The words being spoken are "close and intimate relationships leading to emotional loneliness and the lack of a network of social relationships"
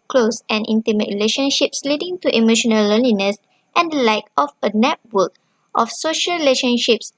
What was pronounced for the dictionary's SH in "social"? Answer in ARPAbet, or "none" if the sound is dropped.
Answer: SH